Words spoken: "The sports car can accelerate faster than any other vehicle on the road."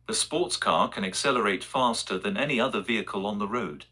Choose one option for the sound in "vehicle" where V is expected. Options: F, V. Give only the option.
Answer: V